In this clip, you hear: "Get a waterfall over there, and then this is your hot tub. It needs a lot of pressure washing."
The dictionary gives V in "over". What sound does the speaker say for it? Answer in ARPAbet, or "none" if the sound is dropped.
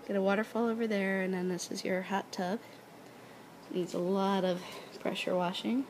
V